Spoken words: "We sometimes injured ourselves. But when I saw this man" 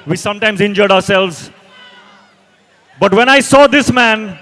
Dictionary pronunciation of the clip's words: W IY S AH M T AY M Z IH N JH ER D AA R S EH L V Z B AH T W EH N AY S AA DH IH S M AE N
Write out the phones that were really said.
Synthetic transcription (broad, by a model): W IY S AH M T AY M Z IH N JH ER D AA R S EH L V Z B AH T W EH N AY S AA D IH S M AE N